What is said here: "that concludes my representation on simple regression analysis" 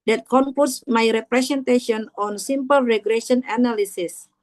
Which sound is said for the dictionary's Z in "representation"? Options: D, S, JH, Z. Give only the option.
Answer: S